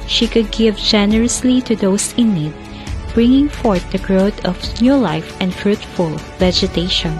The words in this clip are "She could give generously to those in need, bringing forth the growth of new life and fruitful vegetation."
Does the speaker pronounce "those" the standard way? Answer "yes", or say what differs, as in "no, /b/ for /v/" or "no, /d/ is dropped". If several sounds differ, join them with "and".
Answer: no, /s/ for /z/